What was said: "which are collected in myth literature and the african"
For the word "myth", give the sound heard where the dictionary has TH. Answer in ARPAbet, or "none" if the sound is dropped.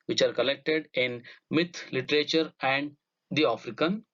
T